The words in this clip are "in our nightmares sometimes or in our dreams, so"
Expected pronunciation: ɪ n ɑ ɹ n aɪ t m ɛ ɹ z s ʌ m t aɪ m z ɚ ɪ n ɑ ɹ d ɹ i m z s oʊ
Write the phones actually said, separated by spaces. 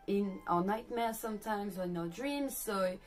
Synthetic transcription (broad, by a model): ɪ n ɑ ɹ n aɪ t m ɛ s ʌ m t aɪ m z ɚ ɪ n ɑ d ɹ i m z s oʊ